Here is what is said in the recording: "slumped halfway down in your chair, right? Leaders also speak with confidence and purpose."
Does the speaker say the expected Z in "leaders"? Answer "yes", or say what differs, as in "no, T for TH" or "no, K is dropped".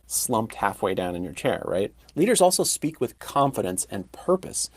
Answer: yes